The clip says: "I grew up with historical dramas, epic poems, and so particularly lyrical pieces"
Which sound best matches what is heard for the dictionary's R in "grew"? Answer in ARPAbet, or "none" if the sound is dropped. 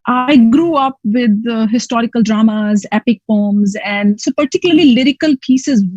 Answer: R